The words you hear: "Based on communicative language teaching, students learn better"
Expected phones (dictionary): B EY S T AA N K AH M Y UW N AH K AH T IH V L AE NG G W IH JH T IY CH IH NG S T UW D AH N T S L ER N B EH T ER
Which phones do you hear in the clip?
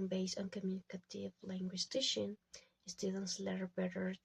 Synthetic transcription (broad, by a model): B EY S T AA N K AH M Y UW N AH K AH T IH V L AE NG G W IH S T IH SH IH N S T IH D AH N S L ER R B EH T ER